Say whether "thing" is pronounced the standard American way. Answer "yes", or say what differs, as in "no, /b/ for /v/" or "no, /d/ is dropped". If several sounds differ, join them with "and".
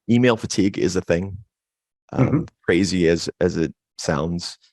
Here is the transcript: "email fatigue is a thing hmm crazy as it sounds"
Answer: yes